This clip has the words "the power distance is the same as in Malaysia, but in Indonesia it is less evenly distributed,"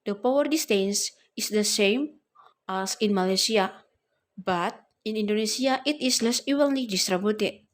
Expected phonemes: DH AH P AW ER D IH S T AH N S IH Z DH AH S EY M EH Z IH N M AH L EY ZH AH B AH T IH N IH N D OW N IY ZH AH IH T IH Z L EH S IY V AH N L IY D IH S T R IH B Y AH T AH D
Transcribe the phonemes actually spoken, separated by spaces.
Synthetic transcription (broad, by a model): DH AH P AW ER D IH S T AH N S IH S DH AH S EY M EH S IH N M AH L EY S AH B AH T IH N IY N D OW N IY S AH IH T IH S L EH S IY W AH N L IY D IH S T R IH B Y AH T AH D